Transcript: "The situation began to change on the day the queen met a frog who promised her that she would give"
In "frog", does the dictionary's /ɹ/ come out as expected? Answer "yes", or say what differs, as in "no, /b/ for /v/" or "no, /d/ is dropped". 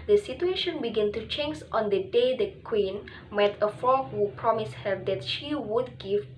no, /ɹ/ is dropped